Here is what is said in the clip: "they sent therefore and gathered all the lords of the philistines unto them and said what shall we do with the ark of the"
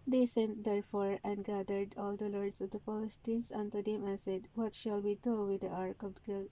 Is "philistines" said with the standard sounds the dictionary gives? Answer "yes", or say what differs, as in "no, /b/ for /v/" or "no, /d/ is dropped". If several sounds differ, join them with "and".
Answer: no, /p/ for /f/